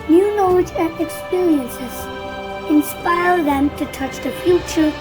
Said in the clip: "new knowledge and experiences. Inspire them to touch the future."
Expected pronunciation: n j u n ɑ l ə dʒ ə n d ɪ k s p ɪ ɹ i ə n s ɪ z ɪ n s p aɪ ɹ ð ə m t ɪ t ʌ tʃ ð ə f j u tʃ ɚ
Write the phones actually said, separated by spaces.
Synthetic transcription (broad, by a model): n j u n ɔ ə z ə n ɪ k s p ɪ ɹ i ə n s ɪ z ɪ n s p aɪ ɹ ð ə m t ɪ t ʌ tʃ ð ə f j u tʃ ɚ